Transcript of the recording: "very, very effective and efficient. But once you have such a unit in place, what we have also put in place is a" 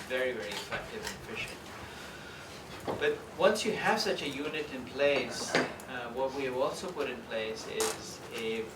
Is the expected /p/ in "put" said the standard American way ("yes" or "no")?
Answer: yes